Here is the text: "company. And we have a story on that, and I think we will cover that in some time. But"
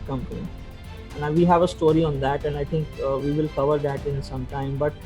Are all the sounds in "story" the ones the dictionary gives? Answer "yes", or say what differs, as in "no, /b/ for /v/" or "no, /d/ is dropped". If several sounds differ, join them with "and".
yes